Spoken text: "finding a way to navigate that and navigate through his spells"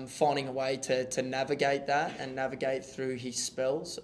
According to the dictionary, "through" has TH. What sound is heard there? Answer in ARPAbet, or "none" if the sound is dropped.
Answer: TH